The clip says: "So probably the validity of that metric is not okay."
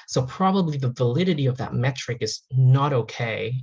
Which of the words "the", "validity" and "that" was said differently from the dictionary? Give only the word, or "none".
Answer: none